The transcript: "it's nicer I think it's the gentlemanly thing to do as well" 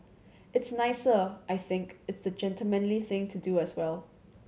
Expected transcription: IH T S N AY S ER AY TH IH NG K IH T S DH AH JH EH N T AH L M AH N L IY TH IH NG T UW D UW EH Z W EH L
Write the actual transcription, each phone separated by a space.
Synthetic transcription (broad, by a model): IH T S N AY S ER AY TH IH NG K IH T S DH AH JH EH N T AH L M AH N L IY TH IH NG T UW D UW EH S W EH L